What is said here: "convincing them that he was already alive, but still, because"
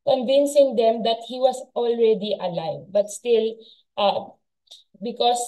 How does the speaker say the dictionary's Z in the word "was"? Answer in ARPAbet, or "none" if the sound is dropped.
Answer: S